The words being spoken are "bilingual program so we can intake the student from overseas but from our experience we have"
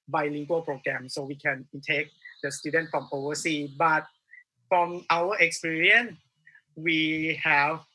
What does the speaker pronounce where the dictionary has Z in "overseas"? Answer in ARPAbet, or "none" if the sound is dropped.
none